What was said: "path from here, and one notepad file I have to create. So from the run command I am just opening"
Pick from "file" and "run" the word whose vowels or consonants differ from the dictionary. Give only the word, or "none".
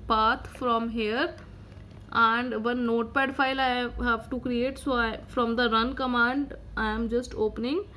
none